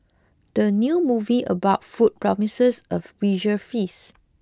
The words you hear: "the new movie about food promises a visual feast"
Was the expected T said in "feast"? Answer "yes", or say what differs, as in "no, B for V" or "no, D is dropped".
no, T is dropped